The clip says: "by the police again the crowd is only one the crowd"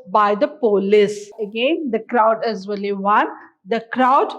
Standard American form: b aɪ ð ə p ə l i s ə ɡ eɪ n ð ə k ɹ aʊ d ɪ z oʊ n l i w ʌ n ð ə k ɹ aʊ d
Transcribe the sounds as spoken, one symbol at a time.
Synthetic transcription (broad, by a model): b aɪ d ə p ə l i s ə ɡ eɪ n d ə k ɹ aʊ d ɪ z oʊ l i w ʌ n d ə k ɹ aʊ d